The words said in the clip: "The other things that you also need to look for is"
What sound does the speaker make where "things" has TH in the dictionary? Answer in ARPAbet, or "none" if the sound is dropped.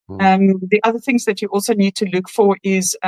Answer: TH